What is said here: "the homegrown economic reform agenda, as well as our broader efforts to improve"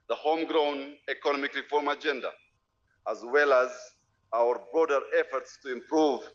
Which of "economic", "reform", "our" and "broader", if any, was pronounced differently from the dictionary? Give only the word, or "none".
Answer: none